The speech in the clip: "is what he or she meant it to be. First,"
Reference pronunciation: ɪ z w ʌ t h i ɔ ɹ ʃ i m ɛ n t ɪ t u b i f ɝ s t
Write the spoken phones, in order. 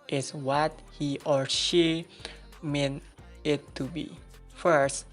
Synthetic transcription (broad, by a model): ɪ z w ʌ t h i ɔ ɹ ʃ i m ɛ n ɪ t u b i f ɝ s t